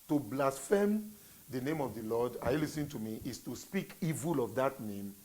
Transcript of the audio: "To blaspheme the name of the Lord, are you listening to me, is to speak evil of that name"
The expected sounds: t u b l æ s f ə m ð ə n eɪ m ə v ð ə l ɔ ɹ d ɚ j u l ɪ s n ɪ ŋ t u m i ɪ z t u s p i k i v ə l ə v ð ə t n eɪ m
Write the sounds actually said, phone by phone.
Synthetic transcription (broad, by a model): t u b l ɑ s f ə m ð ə n eɪ m ə v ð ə l ɔ d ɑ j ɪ l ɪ s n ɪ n t u m i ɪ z t u s p i k i v ə l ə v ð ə t n eɪ m